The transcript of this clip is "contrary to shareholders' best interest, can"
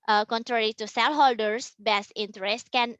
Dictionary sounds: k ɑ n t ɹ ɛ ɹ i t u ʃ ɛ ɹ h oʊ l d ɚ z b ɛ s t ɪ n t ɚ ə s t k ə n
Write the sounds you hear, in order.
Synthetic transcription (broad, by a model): k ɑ n t ɹ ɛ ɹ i t u s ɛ l h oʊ l d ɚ s b ɛ s t ɪ n t ɚ ə s t k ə n